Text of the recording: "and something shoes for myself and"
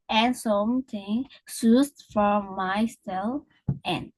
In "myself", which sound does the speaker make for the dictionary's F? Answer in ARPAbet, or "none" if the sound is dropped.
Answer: none